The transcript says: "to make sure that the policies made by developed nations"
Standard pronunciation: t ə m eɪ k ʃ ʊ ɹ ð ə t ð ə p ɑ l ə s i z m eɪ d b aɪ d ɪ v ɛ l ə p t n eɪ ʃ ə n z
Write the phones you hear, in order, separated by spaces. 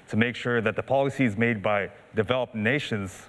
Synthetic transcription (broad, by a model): t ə m eɪ k ʃ ʊ ɹ ð ə t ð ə p ɑ l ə s i z m eɪ d b aɪ d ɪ v ɛ l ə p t n eɪ ʃ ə n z